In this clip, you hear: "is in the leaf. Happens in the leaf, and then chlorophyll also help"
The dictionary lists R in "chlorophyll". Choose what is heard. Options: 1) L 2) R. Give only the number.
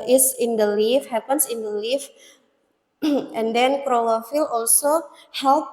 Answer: 1